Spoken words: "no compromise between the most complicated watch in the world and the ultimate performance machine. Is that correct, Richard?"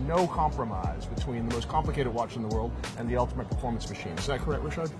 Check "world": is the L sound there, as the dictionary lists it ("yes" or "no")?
yes